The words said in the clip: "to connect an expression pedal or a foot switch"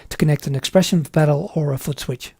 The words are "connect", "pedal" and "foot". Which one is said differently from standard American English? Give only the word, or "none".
pedal